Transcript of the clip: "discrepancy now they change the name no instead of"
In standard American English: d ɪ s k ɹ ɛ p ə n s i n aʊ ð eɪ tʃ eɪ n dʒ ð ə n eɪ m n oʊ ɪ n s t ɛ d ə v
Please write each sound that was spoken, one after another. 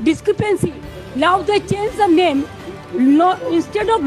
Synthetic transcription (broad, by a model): d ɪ s k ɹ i p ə n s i l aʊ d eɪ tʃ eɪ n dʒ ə n eɪ m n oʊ ɪ n s t ɛ d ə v